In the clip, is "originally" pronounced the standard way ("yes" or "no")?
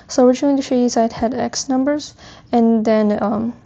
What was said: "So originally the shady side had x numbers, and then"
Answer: no